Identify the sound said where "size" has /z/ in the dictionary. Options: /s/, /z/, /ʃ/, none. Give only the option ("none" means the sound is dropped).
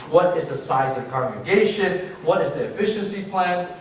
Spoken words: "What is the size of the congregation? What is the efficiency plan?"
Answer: /z/